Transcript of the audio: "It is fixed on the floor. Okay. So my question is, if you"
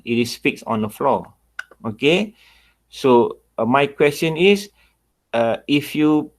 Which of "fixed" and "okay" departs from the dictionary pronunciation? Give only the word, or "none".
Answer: fixed